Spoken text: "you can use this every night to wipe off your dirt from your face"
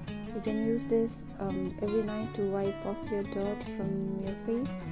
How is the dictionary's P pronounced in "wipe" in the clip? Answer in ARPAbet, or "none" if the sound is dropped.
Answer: P